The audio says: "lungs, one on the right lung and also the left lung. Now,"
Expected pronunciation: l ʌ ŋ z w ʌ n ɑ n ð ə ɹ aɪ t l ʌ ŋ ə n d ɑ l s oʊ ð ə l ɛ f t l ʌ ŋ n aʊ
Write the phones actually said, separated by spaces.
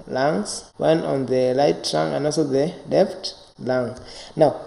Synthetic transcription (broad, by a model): l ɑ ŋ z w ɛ n ɑ n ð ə l aɪ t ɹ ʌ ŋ ə n d ɑ l s oʊ ð ə l ɛ f t l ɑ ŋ n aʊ